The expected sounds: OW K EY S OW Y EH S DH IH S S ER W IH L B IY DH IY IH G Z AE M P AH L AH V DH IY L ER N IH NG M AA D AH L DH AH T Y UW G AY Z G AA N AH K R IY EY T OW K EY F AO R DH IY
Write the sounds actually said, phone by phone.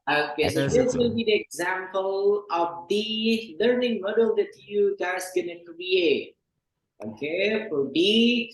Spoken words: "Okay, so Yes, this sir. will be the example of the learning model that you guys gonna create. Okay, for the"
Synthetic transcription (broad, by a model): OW K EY S OW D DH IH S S W IH L B IY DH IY IH G Z AE M P AH L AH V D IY L ER N IH NG M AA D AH L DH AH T Y UW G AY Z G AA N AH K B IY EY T OW K EY F AO R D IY